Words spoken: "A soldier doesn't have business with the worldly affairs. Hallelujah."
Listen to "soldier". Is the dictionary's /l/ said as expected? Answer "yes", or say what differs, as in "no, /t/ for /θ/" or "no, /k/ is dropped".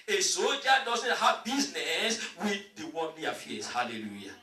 no, /l/ is dropped